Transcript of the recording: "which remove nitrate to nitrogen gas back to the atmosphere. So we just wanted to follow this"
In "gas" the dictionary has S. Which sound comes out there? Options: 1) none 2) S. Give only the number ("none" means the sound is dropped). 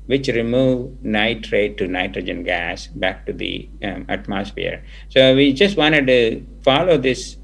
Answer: 2